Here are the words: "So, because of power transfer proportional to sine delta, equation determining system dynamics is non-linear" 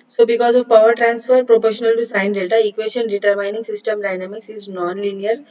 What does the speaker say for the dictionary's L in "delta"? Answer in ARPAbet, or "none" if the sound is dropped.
none